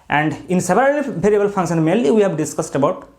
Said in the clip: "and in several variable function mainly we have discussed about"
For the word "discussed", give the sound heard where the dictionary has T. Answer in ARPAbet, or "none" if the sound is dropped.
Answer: T